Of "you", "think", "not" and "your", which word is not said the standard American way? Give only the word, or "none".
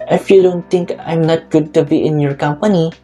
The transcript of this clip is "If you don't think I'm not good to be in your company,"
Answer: think